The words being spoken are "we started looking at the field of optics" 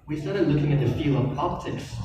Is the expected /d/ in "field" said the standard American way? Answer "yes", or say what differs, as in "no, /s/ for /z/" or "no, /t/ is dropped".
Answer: no, /d/ is dropped